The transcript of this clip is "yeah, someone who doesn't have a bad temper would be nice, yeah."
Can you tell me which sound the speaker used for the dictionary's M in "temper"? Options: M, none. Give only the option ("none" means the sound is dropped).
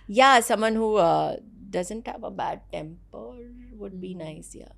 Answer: M